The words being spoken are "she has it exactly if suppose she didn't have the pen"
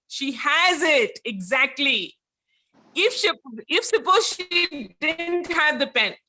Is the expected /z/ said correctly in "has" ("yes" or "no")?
yes